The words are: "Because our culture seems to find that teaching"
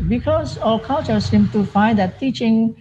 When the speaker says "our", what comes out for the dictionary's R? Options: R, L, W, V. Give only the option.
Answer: L